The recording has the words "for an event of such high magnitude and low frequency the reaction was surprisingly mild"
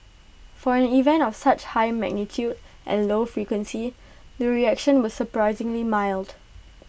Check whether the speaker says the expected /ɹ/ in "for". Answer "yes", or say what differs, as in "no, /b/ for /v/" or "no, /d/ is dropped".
yes